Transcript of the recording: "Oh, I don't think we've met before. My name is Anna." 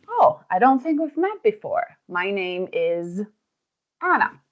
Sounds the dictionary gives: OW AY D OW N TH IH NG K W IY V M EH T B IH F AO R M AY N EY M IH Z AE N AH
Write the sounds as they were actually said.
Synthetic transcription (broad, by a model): OW AY D OW N TH IH NG K W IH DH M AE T B IH F AO R M AY N EY M IH Z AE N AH